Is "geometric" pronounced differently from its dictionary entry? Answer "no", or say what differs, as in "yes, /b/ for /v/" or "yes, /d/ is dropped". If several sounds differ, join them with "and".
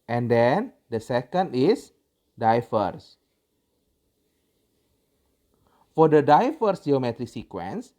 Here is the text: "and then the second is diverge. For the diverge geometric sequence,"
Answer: no